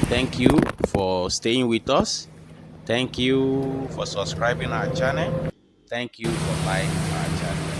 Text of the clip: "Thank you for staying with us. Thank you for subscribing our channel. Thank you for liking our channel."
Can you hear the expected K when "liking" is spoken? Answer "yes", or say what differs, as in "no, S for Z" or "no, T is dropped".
no, K is dropped